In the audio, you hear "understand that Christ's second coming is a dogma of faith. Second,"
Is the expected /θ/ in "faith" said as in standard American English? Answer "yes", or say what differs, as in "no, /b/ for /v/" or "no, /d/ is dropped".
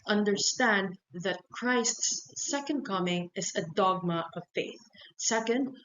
yes